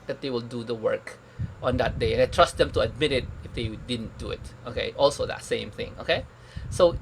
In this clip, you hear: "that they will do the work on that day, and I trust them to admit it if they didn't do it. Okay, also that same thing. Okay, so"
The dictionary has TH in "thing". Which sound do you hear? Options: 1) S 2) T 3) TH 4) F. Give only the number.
3